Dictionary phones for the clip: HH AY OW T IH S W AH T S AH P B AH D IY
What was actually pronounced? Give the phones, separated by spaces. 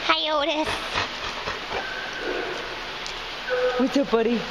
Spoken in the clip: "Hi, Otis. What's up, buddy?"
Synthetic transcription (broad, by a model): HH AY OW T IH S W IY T AH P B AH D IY